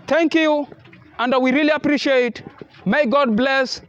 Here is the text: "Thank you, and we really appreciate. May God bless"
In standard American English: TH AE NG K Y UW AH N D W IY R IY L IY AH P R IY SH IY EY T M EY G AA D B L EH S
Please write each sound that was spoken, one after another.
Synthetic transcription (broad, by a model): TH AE NG K Y UW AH N D W IY R IY L IY AH P R IY SH IY EY T M EY G AA D B L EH S